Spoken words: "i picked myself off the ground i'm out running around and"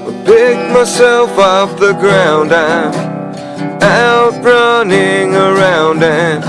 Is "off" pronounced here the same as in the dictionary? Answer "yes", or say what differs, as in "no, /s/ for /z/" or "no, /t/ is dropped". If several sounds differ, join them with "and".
no, /p/ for /f/